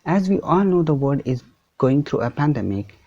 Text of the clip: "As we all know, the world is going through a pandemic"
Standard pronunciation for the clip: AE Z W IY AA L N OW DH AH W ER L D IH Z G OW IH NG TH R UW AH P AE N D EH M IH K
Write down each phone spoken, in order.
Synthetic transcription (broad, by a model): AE Z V IY AA L N OW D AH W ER D IH Z G OW IH NG T R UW AH P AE N D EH M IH K